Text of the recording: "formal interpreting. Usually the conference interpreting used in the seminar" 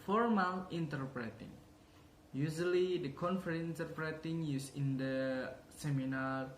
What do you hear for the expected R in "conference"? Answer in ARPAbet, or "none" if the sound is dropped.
none